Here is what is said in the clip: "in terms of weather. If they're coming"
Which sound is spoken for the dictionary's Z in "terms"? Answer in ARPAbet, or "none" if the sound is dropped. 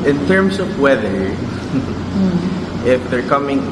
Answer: S